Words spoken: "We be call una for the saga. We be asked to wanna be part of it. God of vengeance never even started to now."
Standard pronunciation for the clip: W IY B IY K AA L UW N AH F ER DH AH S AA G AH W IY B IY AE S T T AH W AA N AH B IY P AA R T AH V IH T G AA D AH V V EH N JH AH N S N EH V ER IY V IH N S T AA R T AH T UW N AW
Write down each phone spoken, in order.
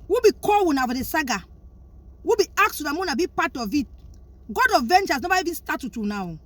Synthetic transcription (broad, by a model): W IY B IY K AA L UW N AH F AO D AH S AA G AH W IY B IY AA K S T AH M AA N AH B IY P AA T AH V IH T G AA D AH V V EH N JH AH S N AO B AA IY V IH N S T AA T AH T UW N AW